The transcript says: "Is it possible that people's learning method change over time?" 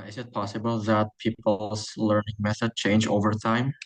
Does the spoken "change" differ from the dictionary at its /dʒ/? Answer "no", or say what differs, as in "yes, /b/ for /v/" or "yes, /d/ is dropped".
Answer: no